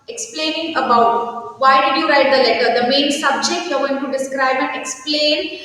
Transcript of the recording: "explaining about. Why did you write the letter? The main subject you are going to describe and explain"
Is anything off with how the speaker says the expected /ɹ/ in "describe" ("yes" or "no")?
no